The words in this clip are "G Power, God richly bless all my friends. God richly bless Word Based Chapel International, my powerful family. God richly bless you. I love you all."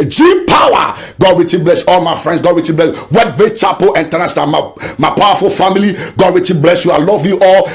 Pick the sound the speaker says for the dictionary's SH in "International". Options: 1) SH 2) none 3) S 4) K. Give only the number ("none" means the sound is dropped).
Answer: 3